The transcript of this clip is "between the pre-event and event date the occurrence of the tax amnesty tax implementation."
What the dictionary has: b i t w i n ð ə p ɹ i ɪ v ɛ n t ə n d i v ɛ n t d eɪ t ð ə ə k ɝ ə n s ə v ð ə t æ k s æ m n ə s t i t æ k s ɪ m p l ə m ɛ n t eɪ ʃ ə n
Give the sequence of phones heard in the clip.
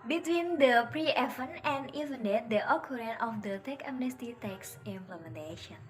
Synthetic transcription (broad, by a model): b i t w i n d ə p ɹ i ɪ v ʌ n ə n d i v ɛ n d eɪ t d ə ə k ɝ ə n ə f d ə t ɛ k æ m n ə s t i t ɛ k s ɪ m p l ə m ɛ n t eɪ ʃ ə n